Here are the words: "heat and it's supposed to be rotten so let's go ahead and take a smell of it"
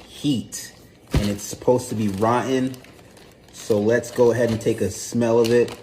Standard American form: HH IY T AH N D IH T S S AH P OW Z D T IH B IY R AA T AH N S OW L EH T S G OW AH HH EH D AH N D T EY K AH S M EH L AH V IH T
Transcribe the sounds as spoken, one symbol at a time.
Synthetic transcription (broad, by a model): HH IY T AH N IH T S S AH P OW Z T IH B IY R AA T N S OW L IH T S G OW AH HH EH D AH N T EY K AH S M EH L AH V IH T